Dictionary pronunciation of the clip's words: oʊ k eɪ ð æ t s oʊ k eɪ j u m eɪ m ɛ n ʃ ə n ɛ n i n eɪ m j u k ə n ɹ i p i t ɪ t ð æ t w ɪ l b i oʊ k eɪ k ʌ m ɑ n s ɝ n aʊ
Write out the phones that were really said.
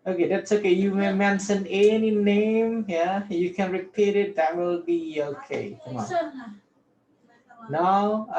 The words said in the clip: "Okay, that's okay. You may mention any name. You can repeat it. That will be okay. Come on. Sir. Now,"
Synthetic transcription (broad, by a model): oʊ k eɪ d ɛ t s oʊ k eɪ j u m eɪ m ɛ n s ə n ɛ n i n eɪ m j u k ə n ɹ i p i t ɪ t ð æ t w ɪ l b i oʊ k eɪ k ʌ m ɑ n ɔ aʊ